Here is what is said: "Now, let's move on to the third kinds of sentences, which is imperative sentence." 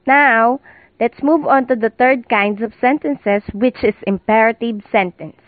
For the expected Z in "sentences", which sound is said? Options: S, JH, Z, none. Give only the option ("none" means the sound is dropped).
S